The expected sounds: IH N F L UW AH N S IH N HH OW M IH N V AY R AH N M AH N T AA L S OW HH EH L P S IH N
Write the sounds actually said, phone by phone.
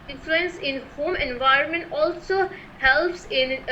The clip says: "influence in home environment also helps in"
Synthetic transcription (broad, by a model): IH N F L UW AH N S IH N HH OW M IH N V AY R AH N M AH N T AA L S OW HH EH L P S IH N